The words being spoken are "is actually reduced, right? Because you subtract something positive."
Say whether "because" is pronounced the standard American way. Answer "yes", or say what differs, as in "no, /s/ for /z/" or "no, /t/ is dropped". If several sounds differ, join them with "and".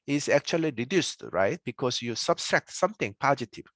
no, /s/ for /z/